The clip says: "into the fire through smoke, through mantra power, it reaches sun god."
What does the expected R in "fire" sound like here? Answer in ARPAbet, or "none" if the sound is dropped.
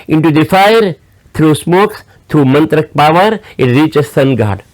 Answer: R